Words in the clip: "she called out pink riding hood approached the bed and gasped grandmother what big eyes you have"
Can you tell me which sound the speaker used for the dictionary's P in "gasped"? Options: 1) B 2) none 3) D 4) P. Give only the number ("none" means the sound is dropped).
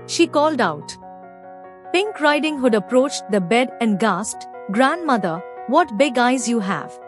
2